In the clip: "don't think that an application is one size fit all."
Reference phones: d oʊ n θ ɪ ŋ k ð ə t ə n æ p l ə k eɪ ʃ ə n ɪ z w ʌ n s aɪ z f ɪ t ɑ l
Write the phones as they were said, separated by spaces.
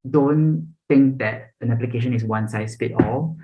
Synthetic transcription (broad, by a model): d oʊ n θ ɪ ŋ k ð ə t ə n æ p l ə k eɪ ʃ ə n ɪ s w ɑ n s aɪ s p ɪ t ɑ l